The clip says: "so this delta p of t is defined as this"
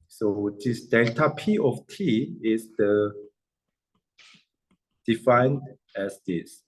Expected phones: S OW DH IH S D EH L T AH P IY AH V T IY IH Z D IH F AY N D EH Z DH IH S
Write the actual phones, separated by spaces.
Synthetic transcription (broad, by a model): S OW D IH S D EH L T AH P IY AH F T IY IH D D IH F AY N D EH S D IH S